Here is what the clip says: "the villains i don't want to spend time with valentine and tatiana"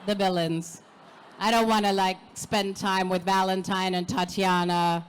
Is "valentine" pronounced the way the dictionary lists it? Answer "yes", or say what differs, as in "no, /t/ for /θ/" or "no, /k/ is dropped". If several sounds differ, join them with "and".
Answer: yes